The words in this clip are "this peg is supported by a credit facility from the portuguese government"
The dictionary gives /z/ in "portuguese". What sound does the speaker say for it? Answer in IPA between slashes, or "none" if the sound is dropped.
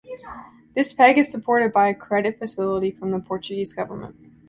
/z/